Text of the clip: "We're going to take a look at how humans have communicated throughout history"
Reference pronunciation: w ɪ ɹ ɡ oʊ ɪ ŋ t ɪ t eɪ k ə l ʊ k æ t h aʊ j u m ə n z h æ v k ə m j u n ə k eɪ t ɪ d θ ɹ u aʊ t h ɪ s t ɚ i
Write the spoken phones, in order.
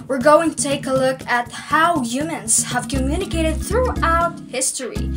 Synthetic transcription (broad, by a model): w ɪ ɹ ɡ oʊ ɪ ŋ t ɪ t eɪ k ə l ʊ k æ t h aʊ j u m ə n z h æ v k ə m j u n ə k eɪ t ɪ d θ ɹ u aʊ t h ɪ s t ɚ i